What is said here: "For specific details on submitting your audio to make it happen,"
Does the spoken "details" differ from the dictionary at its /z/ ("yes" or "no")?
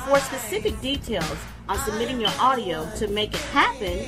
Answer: no